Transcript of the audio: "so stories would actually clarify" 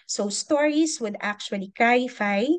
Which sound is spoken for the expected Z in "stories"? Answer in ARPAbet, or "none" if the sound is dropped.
S